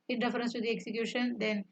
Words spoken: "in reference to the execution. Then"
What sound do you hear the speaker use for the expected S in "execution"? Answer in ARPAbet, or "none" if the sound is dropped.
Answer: S